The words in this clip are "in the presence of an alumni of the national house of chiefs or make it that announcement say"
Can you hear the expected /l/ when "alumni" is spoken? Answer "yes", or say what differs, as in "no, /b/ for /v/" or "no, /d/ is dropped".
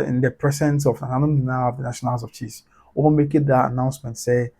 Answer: no, /n/ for /l/